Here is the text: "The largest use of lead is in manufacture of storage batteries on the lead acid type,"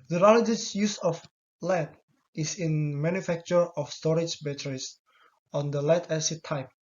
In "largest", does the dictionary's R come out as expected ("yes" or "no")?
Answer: no